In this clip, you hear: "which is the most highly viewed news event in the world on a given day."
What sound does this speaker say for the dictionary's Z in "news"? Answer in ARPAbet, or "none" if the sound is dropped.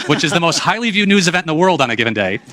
Z